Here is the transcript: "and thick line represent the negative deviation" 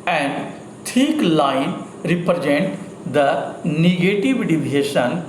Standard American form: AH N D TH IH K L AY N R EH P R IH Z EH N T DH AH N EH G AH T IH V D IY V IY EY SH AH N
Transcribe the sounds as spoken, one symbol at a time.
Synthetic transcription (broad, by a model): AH N D T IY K L AY N R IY P R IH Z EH N T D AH N EH G AH T IH V D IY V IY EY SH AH N